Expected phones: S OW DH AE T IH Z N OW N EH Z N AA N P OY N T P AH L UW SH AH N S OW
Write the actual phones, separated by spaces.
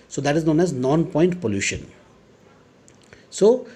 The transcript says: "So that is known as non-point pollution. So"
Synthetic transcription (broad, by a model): S OW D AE T IH Z N OW N EH Z N AA N P OY N T P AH L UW SH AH N S OW